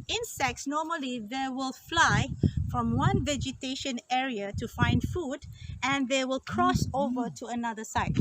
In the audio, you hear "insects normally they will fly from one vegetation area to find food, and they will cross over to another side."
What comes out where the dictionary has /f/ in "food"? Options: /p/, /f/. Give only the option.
/f/